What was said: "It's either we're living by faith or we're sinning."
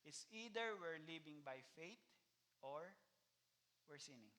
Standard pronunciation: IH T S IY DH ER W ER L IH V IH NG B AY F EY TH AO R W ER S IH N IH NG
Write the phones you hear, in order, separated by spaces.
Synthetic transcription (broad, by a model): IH T S IY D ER W ER L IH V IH NG B AY F EY T AO R W ER S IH N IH NG